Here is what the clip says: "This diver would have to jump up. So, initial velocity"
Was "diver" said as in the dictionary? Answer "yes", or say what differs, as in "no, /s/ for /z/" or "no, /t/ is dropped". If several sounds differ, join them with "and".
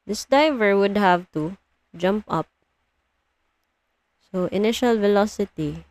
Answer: yes